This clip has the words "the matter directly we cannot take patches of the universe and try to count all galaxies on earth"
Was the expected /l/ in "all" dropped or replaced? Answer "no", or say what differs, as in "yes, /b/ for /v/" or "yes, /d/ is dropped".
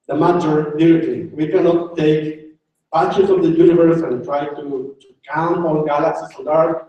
yes, /n/ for /l/